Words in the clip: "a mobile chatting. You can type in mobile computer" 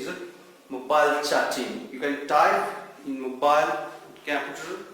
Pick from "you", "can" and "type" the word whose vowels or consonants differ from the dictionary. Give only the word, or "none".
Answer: type